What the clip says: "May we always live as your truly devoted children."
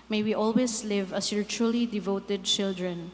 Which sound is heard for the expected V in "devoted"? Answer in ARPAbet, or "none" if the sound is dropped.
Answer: V